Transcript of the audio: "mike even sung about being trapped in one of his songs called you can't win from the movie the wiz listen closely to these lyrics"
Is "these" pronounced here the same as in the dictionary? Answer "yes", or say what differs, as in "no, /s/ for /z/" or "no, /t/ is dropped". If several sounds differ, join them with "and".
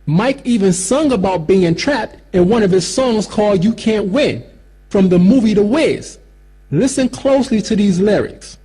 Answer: yes